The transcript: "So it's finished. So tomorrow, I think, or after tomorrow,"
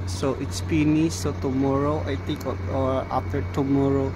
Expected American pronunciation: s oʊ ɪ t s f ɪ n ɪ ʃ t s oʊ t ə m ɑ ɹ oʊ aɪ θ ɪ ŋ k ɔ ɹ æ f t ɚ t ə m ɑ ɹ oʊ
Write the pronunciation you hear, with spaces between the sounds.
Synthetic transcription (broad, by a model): s oʊ ɪ t s p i n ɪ s oʊ t ə m ɑ ɹ oʊ aɪ t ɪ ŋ k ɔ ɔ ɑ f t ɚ t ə m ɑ ɹ oʊ